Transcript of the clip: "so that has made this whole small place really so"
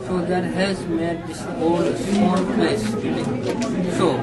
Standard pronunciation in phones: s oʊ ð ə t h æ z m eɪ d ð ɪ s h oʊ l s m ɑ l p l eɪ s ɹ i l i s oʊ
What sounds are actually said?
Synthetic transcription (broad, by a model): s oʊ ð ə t h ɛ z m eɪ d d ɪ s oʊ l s ɑ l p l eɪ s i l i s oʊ